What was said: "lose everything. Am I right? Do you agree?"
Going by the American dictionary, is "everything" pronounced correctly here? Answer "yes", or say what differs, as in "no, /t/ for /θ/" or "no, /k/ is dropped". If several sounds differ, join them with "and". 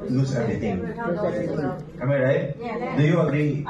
no, /t/ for /θ/